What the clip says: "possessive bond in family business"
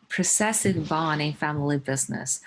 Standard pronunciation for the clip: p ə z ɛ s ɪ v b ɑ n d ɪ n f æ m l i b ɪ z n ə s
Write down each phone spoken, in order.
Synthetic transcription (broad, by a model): p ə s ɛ s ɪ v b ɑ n ɪ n f æ m l i b ɪ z n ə s